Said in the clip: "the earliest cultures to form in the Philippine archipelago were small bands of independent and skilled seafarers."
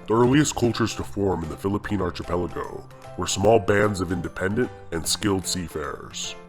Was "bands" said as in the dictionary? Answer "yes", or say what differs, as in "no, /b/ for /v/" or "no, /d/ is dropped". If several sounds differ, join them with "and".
yes